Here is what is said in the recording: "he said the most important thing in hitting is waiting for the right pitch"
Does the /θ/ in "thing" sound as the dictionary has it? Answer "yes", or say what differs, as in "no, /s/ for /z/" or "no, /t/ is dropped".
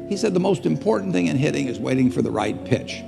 yes